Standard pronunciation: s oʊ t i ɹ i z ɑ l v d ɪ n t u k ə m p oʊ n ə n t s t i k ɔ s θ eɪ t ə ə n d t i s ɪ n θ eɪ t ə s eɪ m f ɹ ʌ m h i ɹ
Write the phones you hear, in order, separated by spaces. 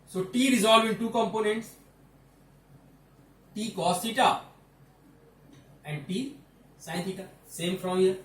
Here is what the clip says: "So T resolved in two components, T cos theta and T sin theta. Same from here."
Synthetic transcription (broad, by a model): s oʊ t i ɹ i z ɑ l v ɪ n t u k ə m p oʊ n ə n t s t i k ɔ s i t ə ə n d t i s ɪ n t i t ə s eɪ m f ɹ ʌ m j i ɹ